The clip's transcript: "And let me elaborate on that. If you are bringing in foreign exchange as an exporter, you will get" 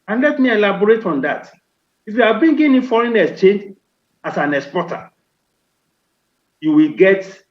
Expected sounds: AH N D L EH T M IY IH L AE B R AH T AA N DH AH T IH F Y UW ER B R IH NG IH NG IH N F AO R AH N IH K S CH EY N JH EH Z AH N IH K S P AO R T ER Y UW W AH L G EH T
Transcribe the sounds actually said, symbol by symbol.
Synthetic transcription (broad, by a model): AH N L EH T M IY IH L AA B R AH T AA N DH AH T IH F Y UW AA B IY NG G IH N F AO R AH N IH S CH EY N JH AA S AH N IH K S P AO T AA Y UW W AH L G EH T